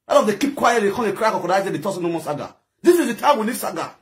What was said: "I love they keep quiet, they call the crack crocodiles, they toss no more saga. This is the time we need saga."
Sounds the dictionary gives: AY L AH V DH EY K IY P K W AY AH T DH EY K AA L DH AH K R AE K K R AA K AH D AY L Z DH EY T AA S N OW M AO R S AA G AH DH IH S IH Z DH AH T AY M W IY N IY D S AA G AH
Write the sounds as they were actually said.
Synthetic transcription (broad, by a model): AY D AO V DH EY K IY P K W AY AH T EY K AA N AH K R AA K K AA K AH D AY Z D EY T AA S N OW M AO S AA G AH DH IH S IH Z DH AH T AY M W IY L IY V S AA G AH